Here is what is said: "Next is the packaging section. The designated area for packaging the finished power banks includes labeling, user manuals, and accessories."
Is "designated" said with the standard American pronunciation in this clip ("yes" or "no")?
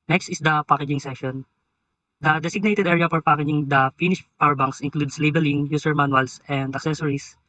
no